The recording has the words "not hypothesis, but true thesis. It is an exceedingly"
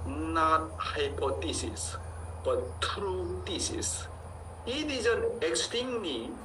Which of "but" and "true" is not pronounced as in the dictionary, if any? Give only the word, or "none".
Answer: none